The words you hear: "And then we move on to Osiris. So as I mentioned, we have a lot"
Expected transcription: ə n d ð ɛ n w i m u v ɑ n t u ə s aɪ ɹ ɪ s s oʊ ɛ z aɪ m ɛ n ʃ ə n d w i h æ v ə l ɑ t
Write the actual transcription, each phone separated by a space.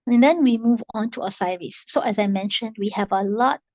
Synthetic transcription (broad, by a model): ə n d ɛ n w i m u v ɑ n t u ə s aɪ ɹ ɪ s s oʊ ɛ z aɪ m ɛ n ʃ ə n d w i h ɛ v ə l ɑ t